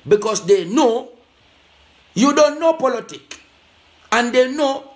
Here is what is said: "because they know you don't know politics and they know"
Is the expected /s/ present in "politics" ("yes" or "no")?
no